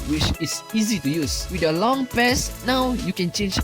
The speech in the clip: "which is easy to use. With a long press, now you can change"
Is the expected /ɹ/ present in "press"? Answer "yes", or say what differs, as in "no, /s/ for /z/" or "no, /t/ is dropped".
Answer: no, /ɹ/ is dropped